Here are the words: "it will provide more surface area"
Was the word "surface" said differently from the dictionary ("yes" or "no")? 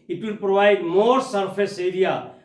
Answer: yes